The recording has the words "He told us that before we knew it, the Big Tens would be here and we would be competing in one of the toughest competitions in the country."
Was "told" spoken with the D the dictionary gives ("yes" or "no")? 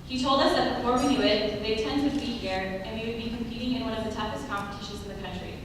yes